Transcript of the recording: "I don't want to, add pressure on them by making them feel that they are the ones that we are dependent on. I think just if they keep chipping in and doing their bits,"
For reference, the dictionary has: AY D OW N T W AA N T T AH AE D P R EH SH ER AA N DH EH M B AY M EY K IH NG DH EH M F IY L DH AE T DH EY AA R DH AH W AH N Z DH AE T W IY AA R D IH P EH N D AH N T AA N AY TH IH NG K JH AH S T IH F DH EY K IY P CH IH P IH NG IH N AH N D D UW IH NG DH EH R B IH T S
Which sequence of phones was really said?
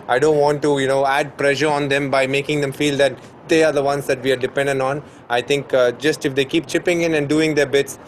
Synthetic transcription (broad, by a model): AY D OW N T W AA N T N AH AE D P R EH SH ER AA N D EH M B AY M EY K IH NG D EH M F IY L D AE T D EY AA R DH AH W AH N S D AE T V IY AA R D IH P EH N D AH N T AA N AY T IH NG K JH AH S T IH F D EY K IY P CH IH P IH NG IH N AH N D D UW IH NG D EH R B IH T S